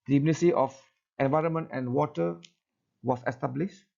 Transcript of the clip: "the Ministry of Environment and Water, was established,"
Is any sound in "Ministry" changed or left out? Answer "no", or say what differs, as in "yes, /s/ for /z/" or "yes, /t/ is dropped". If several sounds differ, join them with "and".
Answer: yes, /ɹ/ is dropped